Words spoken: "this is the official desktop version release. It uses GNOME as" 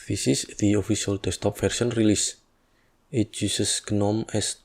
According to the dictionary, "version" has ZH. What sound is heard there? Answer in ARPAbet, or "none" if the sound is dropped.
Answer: S